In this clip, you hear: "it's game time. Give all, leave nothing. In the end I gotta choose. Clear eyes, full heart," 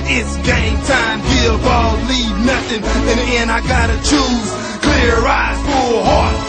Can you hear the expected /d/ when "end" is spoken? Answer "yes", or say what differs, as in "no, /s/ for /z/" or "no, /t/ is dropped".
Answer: no, /d/ is dropped